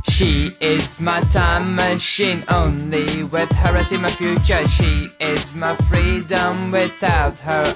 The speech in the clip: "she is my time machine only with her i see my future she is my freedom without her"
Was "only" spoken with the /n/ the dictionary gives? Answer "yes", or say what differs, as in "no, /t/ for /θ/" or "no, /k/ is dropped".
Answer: yes